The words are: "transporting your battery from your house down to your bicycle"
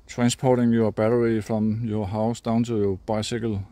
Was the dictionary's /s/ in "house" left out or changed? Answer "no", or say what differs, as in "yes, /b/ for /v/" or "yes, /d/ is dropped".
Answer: no